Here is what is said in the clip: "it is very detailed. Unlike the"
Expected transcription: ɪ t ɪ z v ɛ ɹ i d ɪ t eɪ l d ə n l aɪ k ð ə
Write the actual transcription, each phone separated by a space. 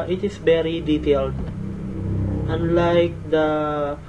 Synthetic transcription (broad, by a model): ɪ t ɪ s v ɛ ɹ i d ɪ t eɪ l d ə n l aɪ k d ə